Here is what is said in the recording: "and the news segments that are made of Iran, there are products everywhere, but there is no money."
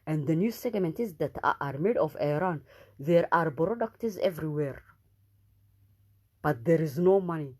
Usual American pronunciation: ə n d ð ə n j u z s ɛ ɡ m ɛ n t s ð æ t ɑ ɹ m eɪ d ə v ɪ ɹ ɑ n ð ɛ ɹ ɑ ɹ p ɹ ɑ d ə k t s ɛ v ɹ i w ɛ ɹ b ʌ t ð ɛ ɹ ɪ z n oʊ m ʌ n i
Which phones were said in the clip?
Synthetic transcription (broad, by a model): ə n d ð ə n j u s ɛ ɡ m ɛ n t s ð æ t ɑ ɹ m eɪ d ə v ɪ ɹ ɑ n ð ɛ ɹ ɑ ɹ b ɹ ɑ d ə k t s ɛ v ɹ i w ɛ ɹ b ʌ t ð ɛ ɹ ɪ z n oʊ m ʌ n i